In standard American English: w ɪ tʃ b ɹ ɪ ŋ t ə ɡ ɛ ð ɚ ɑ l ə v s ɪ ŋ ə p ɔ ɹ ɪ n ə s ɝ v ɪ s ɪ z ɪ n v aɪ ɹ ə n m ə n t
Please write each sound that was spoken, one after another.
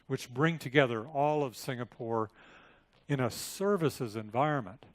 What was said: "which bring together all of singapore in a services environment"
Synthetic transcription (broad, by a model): w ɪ tʃ b ɹ ɪ ŋ t ə ɡ ɛ ð ɚ ɑ l ə v s ɪ ŋ ə p ɔ ɹ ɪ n ə s ɝ v ɪ s ɪ z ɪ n v aɪ ɹ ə n m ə n t